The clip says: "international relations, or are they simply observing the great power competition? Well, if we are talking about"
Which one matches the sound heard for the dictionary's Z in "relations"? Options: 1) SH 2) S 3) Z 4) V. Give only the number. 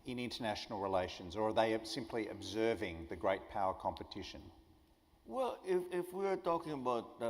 3